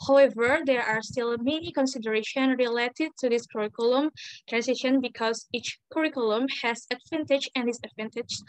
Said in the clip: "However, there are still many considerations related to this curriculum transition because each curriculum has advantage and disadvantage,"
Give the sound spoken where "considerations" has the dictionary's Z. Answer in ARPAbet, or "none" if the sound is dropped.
none